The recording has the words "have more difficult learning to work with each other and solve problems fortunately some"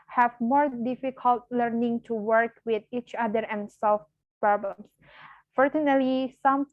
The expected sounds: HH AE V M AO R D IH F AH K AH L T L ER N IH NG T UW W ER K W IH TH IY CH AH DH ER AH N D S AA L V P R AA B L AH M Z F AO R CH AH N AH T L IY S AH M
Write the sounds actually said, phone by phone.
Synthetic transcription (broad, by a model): HH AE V M AO R D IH F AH K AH L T L ER N IH NG T UW W ER K W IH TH IY CH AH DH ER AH N S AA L F P R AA B L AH M S F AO R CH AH N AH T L IY S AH M